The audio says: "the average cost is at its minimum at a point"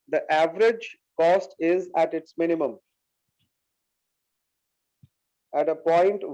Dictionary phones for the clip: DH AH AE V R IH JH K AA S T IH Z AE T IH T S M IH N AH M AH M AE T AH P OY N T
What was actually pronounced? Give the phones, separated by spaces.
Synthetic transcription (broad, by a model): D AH AE V R IH JH K AA S T IH Z AE T IH T S M IH N AH M AH M AE T AH P OY N T